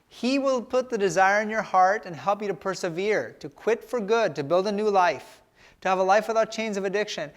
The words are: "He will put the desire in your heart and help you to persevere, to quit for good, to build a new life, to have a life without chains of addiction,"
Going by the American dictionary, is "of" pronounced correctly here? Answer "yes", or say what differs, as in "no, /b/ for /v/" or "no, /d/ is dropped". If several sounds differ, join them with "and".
yes